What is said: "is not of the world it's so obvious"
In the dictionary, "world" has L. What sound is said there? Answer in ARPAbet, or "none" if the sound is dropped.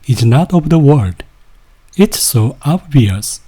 none